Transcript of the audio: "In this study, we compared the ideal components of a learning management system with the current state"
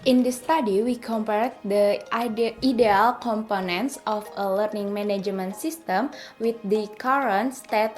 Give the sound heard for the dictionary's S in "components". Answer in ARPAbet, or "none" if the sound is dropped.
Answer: S